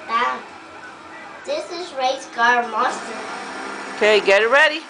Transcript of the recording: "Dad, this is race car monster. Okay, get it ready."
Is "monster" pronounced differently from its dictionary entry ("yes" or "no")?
yes